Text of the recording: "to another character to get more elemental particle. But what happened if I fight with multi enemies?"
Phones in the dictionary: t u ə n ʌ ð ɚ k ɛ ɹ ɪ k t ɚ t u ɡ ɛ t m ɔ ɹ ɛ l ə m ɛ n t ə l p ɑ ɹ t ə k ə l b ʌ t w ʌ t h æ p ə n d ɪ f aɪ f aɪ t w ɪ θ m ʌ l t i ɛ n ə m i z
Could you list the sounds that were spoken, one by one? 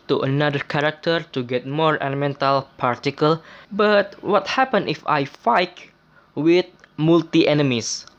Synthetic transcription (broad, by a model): t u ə n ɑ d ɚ k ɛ ɹ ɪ k t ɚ t u ɡ ɛ t m ɔ ɹ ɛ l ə m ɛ n t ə l p ɑ ɹ t ə k ə l b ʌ t w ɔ t h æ p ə n ɪ f aɪ f aɪ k w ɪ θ m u l t i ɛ n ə m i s